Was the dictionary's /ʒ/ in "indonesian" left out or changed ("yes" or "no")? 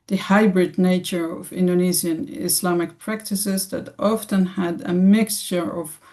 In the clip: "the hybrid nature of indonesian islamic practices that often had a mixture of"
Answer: yes